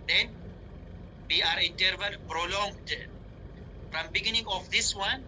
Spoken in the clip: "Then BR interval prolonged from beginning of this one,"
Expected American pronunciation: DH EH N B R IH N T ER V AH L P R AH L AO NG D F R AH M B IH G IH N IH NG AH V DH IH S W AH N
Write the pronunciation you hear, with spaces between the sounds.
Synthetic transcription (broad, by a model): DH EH N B R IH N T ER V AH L P R AH L AO NG D F R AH M B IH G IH N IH NG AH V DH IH S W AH N